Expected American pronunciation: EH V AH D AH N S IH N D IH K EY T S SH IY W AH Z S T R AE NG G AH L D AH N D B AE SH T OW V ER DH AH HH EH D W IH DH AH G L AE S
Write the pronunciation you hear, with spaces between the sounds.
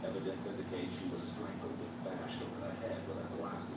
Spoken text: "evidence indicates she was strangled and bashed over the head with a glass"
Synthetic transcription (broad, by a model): EH V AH D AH N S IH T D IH K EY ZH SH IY W AH Z S T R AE NG G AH L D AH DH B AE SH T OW ER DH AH HH EH D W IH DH AH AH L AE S